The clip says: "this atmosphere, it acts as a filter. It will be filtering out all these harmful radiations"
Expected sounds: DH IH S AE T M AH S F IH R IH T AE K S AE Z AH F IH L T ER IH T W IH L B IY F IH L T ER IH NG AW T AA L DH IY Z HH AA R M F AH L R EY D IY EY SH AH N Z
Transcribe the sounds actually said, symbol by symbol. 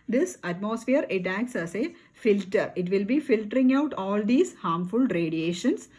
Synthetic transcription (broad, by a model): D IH S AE T M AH S F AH R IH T AE K S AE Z AH F IH L T ER IH T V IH L B IY F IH L T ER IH NG AW T AA L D IY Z HH AA R M F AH L R EY D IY EY SH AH N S